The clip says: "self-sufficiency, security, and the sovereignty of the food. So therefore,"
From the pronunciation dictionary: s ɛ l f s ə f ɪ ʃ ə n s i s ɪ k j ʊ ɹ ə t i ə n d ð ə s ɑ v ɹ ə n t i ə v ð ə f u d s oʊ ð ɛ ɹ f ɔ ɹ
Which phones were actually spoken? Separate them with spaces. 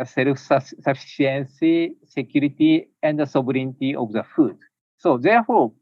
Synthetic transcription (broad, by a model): s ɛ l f s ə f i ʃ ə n s i s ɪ k j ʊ ɹ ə t i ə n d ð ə s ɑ b ɹ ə n t i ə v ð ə f u d s oʊ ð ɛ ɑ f ɔ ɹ